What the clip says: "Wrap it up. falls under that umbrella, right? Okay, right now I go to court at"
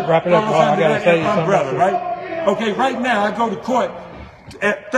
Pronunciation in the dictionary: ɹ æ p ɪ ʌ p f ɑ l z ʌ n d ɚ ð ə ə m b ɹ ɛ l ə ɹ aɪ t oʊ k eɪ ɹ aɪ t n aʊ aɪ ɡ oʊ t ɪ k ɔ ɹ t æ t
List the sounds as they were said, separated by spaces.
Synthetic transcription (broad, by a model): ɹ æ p ɪ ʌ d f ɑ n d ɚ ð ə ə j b ɹ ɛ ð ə ɹ aɪ t oʊ k eɪ ɹ aɪ t n aʊ aɪ ɡ oʊ t ɪ k ɔ ɹ t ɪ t